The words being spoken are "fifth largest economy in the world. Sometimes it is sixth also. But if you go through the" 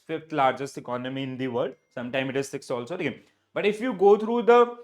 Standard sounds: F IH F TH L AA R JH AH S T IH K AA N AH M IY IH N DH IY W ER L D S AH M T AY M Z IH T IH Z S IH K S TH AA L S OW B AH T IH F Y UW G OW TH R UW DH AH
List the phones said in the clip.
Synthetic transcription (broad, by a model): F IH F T L AA R JH AH S T IH K AA N AH M IY IH N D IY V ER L D S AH M T AY M IH T IH Z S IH K S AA L S OW B AH T IH F Y UW G OW T R UW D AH